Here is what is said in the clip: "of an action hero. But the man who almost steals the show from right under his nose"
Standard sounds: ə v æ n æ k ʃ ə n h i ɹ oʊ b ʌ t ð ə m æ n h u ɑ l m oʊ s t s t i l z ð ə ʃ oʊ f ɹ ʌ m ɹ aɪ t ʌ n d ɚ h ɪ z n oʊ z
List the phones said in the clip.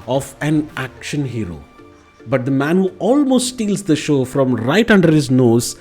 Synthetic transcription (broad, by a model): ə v æ n æ k ʃ ə n h i ɹ oʊ b ʌ t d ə m æ n h u ɑ l m oʊ s t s t i l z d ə ʃ oʊ f ɹ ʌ m ɹ aɪ t ʌ n d ɚ h ɪ z n oʊ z